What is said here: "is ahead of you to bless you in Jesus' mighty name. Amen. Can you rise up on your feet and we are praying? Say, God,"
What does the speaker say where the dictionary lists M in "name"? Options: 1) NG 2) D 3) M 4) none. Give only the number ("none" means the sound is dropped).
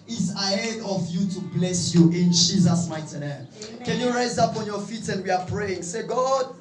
4